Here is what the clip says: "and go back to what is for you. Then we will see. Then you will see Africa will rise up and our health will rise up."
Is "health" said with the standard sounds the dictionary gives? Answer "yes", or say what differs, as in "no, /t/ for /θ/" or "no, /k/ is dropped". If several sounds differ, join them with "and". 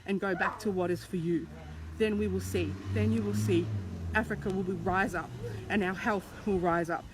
yes